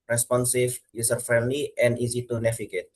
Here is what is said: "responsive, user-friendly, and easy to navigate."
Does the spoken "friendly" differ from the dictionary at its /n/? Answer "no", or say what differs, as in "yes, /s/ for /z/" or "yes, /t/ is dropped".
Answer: no